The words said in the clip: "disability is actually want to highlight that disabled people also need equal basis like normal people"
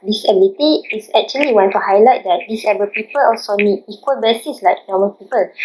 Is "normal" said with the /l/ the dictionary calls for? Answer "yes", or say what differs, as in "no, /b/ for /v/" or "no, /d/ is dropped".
no, /n/ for /l/